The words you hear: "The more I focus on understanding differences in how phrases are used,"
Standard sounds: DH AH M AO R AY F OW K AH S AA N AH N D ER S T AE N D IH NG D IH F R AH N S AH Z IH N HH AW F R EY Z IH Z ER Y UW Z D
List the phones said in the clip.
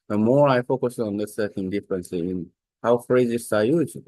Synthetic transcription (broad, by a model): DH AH M AO R AY F OW K AH S AA N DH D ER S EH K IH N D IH F R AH N S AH IH N HH AW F R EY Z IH S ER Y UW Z